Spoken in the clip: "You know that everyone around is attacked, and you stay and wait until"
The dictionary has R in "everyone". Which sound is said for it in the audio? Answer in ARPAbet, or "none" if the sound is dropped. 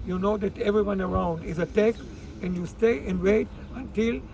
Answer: R